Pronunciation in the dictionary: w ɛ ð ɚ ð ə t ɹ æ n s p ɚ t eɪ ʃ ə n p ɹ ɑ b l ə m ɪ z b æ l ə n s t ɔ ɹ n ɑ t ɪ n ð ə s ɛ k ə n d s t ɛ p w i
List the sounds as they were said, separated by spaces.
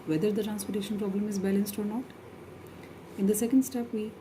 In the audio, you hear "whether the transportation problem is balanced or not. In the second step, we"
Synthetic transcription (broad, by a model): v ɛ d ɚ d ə t ɹ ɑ n s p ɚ t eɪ ʃ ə n p ɹ ɑ b l ə m ɪ z b æ l ə n s t ɔ ɹ n ɑ t ɪ n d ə s ɛ k ə n d s t ɛ p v i